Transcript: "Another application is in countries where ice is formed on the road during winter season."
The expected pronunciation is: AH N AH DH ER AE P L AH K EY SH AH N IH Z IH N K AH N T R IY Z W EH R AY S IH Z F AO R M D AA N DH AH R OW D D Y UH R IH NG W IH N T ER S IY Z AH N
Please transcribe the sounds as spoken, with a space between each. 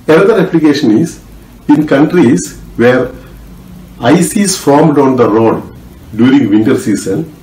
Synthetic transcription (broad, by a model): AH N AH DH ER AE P L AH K EY SH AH N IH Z IH N K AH N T R IY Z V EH R AY S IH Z F AO R M D AA N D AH R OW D D Y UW R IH NG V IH N T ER S IY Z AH N